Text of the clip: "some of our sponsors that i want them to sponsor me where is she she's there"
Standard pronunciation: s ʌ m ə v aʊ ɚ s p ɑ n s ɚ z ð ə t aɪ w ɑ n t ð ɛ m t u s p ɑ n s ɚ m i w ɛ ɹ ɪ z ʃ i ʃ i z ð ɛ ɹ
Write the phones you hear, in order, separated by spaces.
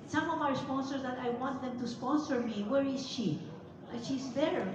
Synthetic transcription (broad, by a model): s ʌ m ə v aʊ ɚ s p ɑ n s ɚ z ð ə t aɪ w ɑ n t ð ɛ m t u s p ɑ n s ɚ m i w ɛ ɹ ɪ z ʃ i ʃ i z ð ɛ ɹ